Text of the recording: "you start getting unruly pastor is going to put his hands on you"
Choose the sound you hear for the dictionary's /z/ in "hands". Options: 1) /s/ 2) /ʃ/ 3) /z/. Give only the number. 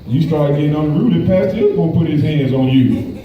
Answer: 3